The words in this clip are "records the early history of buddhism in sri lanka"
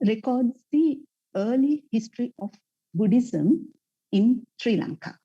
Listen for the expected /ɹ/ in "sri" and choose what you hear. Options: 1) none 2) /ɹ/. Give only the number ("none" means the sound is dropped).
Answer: 2